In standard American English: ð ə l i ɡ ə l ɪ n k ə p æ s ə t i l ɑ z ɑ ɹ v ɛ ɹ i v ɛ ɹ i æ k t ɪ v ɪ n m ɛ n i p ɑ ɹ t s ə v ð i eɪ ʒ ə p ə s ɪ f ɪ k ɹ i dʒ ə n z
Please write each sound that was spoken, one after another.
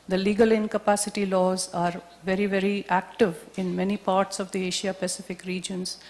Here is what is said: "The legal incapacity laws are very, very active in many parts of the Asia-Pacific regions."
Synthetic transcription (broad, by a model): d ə l i ɡ ə l ɪ n k ə p æ s ə t i l ɑ z ɑ ɹ v ɛ ɹ i v ɛ ɹ i æ k t ɪ v ɪ n m ɛ n i p ɑ ɹ t s ə v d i eɪ ʃ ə p ə s ɪ f ɪ k ɹ i dʒ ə n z